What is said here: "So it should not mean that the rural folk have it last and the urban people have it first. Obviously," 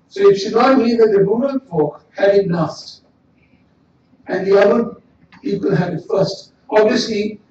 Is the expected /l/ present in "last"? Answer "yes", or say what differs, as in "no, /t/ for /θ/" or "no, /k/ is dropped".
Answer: no, /n/ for /l/